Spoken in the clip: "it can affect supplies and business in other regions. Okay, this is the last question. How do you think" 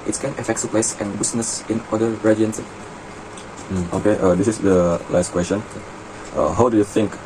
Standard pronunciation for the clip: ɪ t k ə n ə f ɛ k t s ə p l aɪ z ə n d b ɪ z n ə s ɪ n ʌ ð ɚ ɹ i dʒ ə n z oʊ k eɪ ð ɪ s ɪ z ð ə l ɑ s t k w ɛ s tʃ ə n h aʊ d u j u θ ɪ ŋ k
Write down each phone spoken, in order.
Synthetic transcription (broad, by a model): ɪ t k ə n ə f ɛ k t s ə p l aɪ s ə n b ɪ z n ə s ɪ n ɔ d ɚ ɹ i ə n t oʊ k eɪ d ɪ s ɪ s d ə l ɑ s t k w ɛ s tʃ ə n h aʊ d u j u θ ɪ ŋ k